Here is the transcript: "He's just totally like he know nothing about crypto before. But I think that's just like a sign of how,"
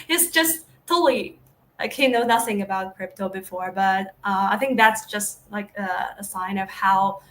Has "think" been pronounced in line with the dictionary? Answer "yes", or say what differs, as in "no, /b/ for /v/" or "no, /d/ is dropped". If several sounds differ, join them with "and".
yes